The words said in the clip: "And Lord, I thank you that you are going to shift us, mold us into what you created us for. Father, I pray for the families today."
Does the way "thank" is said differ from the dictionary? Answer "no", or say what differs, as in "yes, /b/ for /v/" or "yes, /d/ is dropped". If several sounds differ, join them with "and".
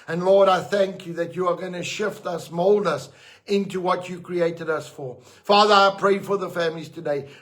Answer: no